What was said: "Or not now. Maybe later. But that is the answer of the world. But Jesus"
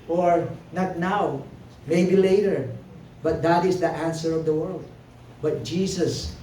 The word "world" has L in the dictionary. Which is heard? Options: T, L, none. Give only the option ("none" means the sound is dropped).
L